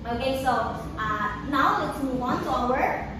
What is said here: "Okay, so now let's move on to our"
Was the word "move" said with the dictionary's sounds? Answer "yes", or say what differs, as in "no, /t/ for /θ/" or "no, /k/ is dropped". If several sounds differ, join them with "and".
no, /w/ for /v/